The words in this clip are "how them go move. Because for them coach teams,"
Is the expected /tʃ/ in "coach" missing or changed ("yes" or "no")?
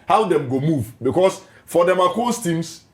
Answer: yes